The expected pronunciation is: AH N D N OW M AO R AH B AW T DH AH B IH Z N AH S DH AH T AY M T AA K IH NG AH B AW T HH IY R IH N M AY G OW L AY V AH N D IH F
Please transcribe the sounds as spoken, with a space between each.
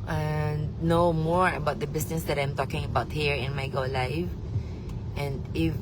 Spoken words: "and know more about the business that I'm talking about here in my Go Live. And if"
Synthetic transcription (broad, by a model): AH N N OW M AO R AH B AW T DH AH B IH S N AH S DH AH T AY M T AA K IH NG AH B AW T HH IY R IH N M AY G OW L AY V AH N D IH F